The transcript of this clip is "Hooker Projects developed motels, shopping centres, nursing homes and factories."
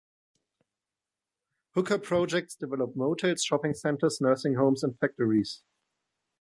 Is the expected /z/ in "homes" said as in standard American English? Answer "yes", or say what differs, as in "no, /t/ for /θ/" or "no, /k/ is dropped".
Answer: no, /s/ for /z/